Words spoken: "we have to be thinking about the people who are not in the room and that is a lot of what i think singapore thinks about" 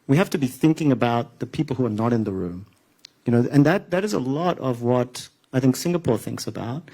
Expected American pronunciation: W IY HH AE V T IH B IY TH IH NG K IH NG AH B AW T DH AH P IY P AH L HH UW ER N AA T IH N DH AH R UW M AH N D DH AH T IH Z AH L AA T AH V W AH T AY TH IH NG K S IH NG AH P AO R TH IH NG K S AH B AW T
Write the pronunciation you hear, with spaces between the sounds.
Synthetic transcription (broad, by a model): W IY HH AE F T IH B IY TH IH NG K IH NG AH B AW T DH AH P IY P L HH UW ER N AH T IH N DH AH R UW M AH N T DH AH T IH Z AH L AA T AH V W AH T AY TH IH NG K S IH NG AH P AO R TH IH NG K S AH B AW T